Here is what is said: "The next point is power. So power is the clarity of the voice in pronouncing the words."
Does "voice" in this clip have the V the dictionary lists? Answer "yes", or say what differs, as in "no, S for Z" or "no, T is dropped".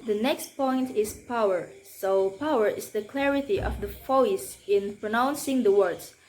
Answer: no, F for V